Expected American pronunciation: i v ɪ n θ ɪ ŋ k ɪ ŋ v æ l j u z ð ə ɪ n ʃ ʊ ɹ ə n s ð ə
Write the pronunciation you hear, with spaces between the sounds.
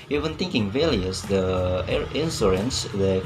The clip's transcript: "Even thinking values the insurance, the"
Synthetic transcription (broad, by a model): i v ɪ n t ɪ ŋ k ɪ ŋ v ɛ l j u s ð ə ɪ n s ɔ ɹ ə n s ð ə